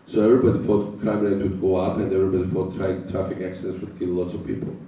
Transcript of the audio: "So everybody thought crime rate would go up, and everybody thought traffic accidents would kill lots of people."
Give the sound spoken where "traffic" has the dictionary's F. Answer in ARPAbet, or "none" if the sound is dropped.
F